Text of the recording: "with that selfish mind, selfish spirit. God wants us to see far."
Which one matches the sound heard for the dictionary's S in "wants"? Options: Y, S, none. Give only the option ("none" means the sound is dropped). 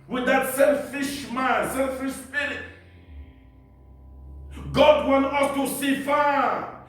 none